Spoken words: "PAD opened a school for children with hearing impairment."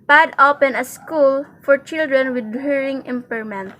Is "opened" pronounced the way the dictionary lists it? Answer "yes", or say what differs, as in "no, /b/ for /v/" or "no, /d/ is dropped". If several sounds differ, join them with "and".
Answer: no, /d/ is dropped